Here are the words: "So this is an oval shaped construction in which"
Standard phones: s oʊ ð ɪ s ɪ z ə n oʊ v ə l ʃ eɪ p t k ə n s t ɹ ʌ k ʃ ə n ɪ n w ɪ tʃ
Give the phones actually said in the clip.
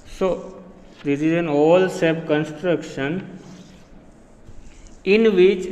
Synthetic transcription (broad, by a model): s oʊ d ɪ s ɪ z ə n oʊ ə l s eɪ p k ə n s t ɹ ʌ k ʃ ə n ɪ n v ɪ tʃ